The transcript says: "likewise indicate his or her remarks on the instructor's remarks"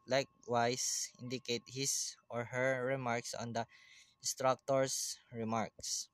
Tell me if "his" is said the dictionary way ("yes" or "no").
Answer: no